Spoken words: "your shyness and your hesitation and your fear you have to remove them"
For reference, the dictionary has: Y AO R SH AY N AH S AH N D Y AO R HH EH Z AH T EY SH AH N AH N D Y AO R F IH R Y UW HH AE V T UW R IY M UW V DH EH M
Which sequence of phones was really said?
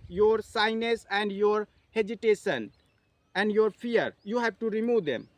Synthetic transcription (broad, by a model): Y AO R S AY N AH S AH N D Y AO R HH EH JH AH T EY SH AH N AH N D Y AO R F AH R Y UW HH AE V T UW R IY M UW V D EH M